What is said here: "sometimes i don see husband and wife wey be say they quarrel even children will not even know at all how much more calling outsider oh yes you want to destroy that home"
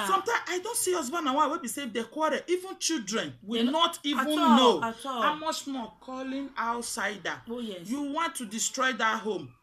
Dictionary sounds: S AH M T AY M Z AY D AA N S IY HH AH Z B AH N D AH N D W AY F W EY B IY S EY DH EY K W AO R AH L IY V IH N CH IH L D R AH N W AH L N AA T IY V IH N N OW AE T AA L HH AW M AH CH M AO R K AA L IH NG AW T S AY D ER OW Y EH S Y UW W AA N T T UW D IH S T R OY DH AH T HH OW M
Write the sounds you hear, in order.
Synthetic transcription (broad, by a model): S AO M T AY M AY D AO N S IY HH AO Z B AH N AH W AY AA W EY B IY S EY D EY K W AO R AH IY V IH N CH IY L D R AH N W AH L N AA T IY V IH N N OW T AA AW M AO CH M AO K AA L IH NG AW T S AY D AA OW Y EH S Y UW W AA N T T UW D IH S T R OY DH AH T HH OW M